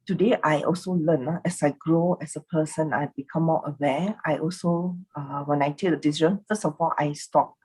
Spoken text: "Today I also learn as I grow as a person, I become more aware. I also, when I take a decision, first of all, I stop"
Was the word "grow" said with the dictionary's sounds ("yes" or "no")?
yes